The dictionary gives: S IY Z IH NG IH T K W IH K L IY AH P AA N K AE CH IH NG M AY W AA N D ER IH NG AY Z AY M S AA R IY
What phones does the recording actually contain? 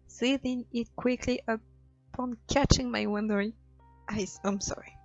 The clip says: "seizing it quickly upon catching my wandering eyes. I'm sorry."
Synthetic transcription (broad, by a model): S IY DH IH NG IH T K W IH K L IY AH P AA N K AE CH IH NG M AY W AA N D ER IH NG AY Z AY M S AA R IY